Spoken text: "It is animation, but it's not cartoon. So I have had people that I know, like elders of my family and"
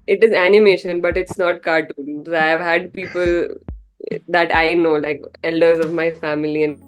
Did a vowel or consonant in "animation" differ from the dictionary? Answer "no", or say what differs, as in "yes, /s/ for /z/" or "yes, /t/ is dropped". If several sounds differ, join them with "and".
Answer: no